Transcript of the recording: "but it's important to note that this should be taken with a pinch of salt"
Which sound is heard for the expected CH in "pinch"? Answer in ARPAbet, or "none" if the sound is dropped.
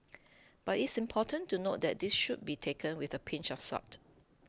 CH